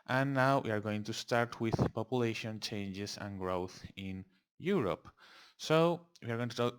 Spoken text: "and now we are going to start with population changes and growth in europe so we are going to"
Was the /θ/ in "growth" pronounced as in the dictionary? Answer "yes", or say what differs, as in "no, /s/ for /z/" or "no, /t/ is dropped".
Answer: yes